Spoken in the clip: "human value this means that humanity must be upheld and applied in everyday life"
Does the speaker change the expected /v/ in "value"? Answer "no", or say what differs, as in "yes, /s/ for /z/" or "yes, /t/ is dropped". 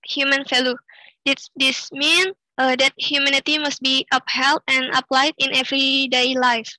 yes, /f/ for /v/